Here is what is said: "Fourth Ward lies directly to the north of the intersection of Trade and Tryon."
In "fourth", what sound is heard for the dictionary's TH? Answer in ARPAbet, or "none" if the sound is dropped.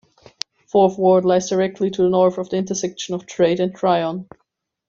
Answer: TH